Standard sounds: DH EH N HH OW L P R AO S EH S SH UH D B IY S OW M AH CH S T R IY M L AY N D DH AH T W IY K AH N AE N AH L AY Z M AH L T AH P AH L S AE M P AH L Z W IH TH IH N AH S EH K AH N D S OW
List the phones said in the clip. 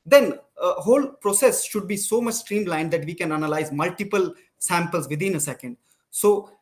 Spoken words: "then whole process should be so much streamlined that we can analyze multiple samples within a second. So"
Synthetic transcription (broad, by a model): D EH N HH OW L P R AO S EH S SH UH D B IY S OW M AH CH S T R IY M L AY N D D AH T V IY K AH N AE N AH L AY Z M AH L T AH P AH L S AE M P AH L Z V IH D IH N AH S EH K AH N D S OW